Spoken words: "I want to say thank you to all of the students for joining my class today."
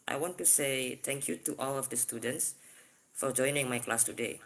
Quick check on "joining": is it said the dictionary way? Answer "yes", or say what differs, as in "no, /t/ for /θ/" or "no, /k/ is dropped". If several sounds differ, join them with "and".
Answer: yes